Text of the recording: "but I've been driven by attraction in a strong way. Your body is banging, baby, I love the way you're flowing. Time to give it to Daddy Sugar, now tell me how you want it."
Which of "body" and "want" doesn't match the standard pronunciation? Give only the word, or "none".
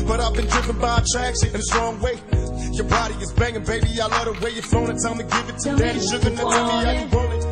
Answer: want